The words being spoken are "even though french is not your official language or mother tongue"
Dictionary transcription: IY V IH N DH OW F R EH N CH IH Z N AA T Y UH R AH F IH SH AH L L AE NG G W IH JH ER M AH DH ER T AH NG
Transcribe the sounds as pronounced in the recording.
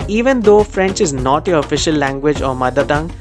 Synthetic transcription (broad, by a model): IY V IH N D OW F R EH N CH IH Z N AA T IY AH F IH SH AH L L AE NG G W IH JH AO M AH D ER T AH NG